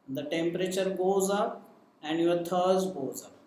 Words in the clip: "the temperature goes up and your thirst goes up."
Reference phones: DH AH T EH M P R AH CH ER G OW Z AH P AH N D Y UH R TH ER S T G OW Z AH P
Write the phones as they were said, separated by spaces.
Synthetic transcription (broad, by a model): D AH T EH M P R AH CH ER G OW Z AH P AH N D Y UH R T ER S G OW Z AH P